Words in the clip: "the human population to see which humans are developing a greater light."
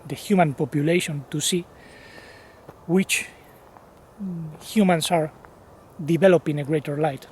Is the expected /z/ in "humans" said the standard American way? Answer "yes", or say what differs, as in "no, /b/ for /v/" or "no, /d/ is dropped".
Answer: no, /s/ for /z/